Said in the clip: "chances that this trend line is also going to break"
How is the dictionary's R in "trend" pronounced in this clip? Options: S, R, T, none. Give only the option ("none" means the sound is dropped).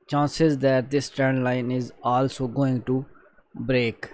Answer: none